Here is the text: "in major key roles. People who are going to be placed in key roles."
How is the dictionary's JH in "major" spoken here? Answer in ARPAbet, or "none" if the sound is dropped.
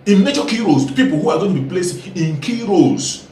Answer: CH